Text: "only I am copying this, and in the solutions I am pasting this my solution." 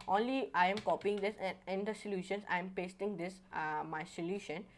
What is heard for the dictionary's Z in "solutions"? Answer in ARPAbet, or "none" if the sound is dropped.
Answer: S